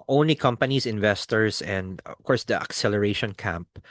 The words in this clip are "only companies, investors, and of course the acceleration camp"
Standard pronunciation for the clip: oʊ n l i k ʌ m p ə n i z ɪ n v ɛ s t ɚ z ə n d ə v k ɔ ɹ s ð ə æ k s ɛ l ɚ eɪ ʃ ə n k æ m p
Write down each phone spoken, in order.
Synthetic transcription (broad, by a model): oʊ n l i k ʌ m p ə n i s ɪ n v ɛ s t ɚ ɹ ə n d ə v k ɔ ɹ s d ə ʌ k s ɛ l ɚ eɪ ʃ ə n k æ m p